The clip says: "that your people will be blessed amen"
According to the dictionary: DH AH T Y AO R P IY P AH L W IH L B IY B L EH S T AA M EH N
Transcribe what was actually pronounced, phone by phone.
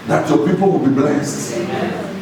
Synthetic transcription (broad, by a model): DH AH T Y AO P IY P AH L W IH L B IY B L EH S T